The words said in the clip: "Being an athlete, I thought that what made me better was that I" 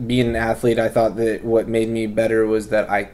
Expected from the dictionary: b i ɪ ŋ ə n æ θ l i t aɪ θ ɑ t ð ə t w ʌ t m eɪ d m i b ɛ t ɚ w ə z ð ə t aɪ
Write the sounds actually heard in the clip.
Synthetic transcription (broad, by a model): b i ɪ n ə n æ θ l i t aɪ θ ɑ t ð ə t w ʌ t m eɪ d m i b ɛ t ɚ w ə z ð ə t aɪ